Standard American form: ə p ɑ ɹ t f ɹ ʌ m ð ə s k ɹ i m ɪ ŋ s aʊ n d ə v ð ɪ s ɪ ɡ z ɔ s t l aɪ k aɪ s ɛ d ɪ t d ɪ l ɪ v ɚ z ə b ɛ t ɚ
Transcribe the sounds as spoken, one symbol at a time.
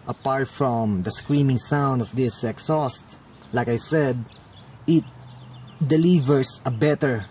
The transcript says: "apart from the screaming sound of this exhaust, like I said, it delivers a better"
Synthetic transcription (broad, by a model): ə p ɑ ɹ t f ɹ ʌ m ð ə s k ɹ i m ɪ ŋ s aʊ n d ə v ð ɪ s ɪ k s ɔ s t l aɪ k aɪ s ɛ d ɪ t d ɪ l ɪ v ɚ s ə b ɛ t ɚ